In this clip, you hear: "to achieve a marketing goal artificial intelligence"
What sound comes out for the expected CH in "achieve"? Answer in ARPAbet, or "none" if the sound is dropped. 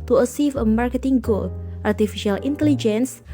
S